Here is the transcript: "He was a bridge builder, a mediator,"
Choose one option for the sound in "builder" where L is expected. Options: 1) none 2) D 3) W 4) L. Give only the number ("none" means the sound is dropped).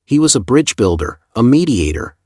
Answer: 4